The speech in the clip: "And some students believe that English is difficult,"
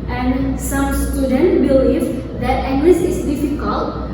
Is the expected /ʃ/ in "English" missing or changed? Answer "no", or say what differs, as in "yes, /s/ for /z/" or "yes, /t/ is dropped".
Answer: yes, /s/ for /ʃ/